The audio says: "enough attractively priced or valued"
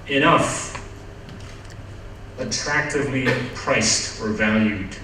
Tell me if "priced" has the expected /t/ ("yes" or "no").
yes